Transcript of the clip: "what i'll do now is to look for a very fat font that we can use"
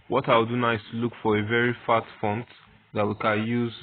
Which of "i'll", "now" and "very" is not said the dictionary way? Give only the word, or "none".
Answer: i'll